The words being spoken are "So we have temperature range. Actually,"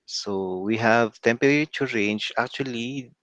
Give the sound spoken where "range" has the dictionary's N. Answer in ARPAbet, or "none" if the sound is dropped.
N